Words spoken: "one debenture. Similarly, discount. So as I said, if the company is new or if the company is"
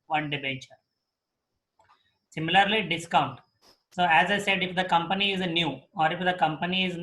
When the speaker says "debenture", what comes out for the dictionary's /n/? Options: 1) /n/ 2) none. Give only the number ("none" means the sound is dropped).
2